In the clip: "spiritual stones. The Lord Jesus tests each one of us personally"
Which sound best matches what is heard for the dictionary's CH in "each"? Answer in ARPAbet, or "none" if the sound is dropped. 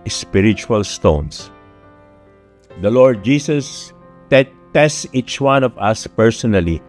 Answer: CH